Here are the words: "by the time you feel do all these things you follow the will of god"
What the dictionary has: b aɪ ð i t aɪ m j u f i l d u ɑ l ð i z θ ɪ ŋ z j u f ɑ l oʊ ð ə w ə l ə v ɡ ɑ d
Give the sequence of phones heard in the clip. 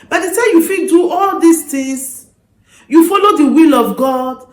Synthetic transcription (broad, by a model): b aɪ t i s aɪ j u f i d u ɑ l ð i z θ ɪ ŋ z j u f ɑ l oʊ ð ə w ə l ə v ɡ ɑ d